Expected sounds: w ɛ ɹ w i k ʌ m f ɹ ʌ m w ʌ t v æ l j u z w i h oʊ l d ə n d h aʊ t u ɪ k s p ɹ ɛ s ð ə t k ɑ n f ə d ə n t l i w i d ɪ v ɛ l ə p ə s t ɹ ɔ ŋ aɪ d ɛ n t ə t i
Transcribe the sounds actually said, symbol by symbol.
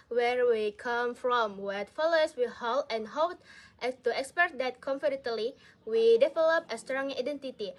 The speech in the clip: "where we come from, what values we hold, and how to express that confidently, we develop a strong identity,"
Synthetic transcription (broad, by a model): w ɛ ɹ w i k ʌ m f ɹ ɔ m w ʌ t f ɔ l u s w i h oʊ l ə n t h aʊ t u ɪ k s p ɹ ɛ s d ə t k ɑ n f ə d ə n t l i w i d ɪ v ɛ l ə p ə s t ɹ ɔ ŋ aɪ d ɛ n t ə t i